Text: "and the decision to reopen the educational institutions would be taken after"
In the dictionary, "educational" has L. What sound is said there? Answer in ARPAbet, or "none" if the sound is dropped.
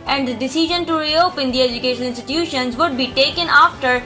N